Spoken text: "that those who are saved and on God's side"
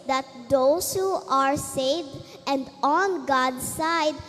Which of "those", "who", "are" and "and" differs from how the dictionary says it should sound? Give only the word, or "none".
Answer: those